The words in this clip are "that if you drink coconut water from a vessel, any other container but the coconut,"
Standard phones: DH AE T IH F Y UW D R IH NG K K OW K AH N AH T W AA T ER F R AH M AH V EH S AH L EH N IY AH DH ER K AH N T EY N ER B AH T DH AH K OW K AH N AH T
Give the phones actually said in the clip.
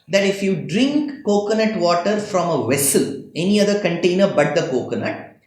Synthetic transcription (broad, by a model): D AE T IH F Y UW D R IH NG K K OW K AH N AH T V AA T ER F R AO M AH V EH S AH L EH N IY AH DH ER K AH N T EY N ER B AH T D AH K OW K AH N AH T